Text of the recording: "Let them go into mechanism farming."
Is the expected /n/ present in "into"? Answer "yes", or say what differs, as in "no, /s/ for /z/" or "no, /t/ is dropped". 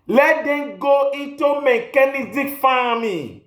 no, /n/ is dropped